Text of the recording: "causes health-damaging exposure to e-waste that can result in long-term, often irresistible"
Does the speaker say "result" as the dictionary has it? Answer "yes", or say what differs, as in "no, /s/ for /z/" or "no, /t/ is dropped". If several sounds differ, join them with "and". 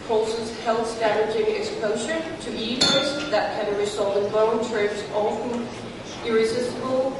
no, /s/ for /z/